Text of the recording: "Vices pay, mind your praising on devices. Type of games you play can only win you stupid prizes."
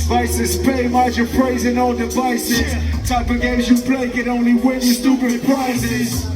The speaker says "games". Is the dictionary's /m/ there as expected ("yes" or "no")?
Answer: no